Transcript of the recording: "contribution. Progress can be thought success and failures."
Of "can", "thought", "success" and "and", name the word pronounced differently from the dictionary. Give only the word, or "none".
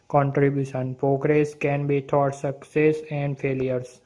thought